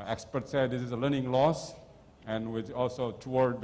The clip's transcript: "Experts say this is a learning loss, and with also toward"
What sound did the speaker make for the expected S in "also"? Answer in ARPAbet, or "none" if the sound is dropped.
S